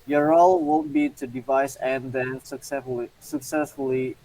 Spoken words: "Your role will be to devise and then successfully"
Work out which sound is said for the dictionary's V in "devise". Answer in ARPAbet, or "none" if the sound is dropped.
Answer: V